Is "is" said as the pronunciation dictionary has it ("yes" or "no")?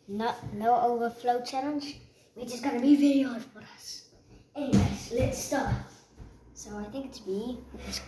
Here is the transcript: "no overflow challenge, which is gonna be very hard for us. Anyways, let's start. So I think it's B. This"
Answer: no